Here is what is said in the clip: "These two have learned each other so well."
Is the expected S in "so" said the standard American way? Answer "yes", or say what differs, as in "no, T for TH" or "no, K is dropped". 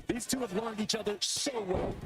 no, SH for S